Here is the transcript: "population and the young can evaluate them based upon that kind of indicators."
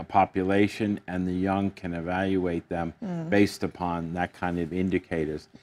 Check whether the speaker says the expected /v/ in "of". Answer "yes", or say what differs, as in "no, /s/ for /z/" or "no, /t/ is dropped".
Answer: yes